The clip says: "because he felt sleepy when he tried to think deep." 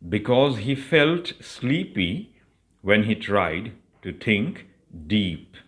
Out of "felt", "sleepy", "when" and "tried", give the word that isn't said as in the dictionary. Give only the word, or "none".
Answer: none